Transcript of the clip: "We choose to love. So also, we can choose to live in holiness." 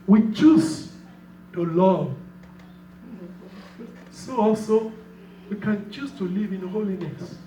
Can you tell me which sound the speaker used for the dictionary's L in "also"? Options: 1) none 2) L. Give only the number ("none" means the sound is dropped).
2